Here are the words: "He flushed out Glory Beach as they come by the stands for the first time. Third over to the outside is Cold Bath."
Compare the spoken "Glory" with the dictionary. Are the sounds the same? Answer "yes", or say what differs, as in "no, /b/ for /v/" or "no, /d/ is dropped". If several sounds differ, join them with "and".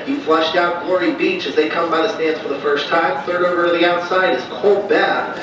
yes